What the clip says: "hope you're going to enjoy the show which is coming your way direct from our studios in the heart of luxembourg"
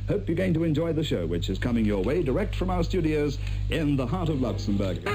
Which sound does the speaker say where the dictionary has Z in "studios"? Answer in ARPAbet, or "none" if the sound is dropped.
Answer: Z